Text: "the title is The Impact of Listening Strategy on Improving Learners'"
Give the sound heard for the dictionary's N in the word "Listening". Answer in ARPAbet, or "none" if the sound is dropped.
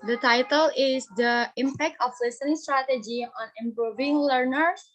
none